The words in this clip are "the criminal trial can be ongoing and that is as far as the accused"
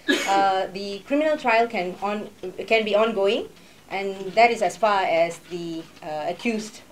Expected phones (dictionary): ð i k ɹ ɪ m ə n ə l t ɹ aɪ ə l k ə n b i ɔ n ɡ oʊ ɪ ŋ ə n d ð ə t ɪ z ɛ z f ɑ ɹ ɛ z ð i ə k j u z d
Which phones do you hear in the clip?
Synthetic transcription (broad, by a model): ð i k ɹ ɪ m ə n ə l t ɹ aɪ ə l k ə n b i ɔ n ɡ oʊ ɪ ŋ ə n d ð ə t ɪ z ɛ s f ɑ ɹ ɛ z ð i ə k j u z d